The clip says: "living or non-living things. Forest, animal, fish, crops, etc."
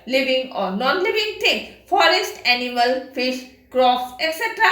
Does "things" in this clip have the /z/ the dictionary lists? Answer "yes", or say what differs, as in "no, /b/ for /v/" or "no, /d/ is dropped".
no, /z/ is dropped